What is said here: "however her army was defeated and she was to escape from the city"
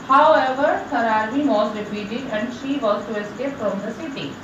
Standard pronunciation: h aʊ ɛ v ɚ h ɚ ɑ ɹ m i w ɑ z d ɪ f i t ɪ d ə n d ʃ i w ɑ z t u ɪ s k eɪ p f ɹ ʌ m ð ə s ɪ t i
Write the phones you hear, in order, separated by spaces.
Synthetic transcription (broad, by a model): h aʊ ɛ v ɚ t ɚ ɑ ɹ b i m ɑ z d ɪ p i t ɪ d ə n d ʃ i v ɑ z t u ɪ s k eɪ p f ɹ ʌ m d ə s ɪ t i